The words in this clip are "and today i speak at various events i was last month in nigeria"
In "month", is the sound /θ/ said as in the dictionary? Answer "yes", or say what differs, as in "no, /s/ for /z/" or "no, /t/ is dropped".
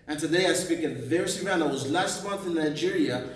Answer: yes